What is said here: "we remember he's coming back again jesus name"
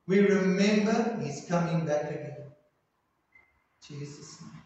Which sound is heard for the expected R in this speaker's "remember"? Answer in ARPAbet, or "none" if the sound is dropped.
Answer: R